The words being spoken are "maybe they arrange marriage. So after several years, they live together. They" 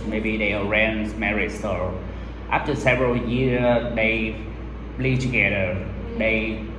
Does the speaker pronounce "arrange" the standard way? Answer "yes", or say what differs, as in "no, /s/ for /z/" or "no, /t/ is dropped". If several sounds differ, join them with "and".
no, /z/ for /dʒ/